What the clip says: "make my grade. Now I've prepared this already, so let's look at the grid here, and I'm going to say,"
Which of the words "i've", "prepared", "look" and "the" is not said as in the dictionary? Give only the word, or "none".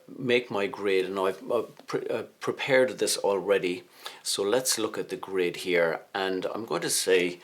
i've